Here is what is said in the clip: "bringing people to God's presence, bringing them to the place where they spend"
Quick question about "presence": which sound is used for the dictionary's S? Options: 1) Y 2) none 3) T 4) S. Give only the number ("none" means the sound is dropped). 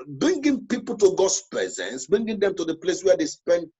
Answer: 4